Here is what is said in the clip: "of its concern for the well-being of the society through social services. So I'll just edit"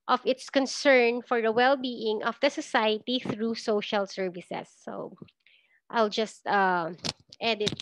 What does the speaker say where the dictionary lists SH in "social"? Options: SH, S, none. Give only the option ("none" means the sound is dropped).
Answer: SH